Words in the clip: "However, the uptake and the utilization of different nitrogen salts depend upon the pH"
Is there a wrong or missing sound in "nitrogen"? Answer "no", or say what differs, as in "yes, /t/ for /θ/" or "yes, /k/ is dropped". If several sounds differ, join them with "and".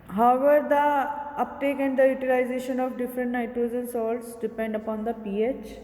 yes, /z/ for /dʒ/